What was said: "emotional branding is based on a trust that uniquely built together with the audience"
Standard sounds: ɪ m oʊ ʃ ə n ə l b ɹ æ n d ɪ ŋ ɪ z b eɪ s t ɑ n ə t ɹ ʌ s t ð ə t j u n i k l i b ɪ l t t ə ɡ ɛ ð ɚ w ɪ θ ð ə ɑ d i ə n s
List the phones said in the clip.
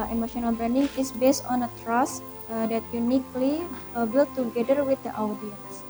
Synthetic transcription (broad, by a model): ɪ m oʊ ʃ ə n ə l b ɹ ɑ n d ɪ ŋ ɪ s b eɪ s t ɑ n ə t ɹ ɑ s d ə t j u n i k l i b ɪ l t t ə ɡ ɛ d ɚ w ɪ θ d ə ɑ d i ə n s